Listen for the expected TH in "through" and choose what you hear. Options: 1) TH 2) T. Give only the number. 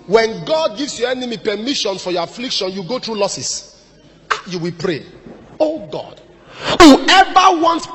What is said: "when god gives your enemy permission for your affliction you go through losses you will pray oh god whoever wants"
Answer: 2